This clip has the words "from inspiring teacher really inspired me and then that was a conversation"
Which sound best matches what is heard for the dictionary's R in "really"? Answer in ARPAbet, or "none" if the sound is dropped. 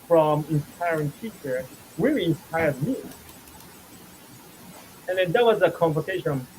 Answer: W